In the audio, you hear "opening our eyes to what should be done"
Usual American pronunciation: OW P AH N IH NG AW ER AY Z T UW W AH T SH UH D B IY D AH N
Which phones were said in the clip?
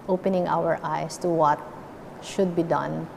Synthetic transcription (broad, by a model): OW P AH N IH NG AW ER AY S T UW W AH T SH UH D B IY D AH N